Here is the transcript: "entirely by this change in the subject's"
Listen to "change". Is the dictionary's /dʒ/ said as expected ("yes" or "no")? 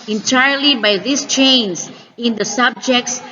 no